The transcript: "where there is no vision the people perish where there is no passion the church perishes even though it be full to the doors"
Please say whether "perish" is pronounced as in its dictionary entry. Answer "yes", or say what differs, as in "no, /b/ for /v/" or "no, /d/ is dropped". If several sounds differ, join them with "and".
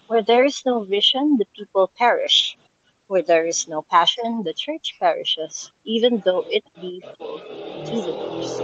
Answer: yes